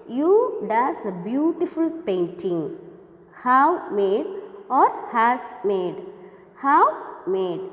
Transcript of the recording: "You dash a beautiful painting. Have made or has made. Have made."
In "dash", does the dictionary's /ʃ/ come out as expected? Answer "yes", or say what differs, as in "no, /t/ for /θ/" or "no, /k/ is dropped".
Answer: no, /s/ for /ʃ/